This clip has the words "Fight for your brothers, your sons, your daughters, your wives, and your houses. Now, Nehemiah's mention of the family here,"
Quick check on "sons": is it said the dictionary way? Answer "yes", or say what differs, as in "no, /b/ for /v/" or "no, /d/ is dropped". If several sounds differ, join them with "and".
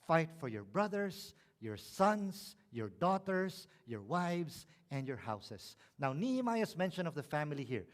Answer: no, /s/ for /z/